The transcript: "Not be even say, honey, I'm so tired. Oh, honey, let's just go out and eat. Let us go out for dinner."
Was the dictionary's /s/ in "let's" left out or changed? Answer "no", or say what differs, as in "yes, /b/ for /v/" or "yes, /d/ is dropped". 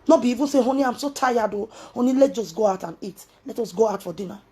yes, /s/ is dropped